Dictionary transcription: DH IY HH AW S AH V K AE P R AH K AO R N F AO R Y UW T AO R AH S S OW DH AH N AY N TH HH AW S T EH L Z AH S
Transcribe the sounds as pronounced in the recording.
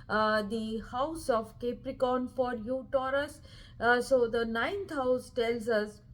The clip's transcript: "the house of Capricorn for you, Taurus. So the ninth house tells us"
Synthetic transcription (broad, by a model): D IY HH AW S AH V K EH P R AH K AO N F AO R Y UW T AO R AH S S OW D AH N AY N T HH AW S T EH L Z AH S